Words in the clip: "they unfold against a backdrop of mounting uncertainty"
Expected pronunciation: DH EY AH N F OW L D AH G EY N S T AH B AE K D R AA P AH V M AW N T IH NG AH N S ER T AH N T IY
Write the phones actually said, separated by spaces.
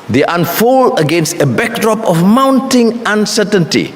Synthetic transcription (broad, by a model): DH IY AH N F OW L AH G EY N S T AH B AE K D R AA P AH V M AW N T IH NG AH N S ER T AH N T IY